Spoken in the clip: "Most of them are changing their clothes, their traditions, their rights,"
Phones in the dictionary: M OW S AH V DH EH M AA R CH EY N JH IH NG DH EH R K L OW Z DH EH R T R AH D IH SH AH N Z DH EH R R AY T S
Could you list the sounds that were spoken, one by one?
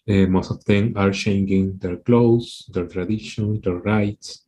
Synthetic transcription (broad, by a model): M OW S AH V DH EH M AA R SH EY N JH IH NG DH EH R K L OW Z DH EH R T R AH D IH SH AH N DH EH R R AY T S